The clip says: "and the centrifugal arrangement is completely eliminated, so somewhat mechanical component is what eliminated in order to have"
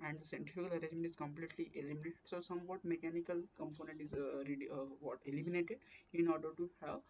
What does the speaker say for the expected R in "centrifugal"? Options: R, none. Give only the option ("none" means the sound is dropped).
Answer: none